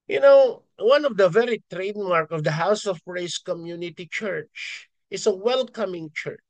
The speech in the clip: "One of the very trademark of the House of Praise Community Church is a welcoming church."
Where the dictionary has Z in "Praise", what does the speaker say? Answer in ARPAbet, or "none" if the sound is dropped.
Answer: S